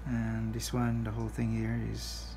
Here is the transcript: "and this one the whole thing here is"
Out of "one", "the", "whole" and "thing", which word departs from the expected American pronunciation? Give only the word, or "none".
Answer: none